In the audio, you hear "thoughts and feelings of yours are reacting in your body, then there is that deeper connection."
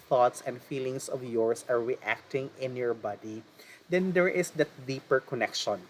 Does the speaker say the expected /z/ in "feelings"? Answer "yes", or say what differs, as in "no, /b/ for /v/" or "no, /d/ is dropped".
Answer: no, /s/ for /z/